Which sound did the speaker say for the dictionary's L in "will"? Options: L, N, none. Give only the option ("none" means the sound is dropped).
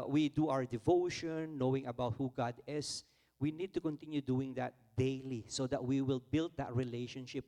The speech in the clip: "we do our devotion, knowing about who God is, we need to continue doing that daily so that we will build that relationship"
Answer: L